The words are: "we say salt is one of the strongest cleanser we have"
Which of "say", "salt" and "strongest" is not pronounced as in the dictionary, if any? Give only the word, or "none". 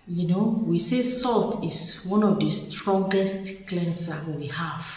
none